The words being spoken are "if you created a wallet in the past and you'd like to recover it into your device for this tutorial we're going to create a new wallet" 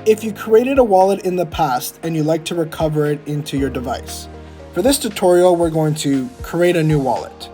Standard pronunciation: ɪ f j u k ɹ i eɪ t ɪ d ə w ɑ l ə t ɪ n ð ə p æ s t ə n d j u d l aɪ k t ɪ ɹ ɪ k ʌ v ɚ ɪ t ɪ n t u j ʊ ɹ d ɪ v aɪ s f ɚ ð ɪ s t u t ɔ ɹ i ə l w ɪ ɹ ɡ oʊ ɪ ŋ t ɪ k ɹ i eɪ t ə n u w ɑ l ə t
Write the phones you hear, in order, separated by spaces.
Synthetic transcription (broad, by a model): ɪ f j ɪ k ɹ i eɪ t ɪ d ə w ɑ l ə t ɪ n ð ə p æ s t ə n j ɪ l aɪ k t ɪ ɹ ɪ k ʌ v ɚ ɪ t ɪ n t u j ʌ ɹ d ɪ v aɪ s f ɚ ð ɪ s t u t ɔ ɹ i l w ɪ ɹ ɡ oʊ ɪ ŋ t ɪ k ɹ i eɪ t ə n u w ɑ l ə t